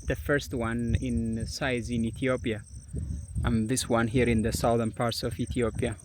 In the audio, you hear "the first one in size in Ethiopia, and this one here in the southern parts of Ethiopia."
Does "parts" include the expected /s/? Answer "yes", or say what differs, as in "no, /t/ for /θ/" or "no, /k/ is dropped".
yes